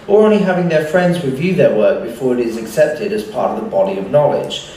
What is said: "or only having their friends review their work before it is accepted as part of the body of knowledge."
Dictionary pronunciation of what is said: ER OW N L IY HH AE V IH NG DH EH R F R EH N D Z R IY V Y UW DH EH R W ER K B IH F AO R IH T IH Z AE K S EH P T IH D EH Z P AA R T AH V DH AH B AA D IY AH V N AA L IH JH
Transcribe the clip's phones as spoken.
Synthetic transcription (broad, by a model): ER OW N L IY HH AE V IH NG DH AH R F R EH N D Z W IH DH Y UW DH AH R W ER K B IH F AO R IH T IH Z AE K S EH P T IH D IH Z P AA R T AH V DH AH B AA D IY AH V N AA L IH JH